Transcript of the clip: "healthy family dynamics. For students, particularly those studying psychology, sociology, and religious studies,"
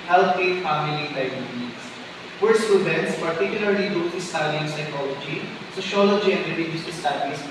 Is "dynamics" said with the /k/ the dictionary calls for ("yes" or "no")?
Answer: no